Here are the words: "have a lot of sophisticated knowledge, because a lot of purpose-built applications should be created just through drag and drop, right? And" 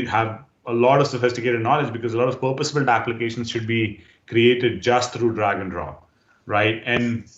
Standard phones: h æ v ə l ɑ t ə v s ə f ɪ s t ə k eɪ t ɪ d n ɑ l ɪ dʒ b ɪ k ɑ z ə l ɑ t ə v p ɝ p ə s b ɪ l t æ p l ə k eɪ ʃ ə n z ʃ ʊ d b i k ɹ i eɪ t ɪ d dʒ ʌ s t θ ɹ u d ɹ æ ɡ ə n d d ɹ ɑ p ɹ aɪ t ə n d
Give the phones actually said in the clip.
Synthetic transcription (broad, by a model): h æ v ə l ɑ t ə v s ə f ɪ s t ə k eɪ t ɪ d n ɑ l ɪ dʒ b ɪ k ɑ z ə l ɑ t ə v p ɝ p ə s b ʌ l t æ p l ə k eɪ ʃ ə n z ʃ ʊ d b i k ɹ i eɪ t ɪ d dʒ ʌ s t t ɹ u d ɹ æ ɡ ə n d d ɹ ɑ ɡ ɹ aɪ t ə n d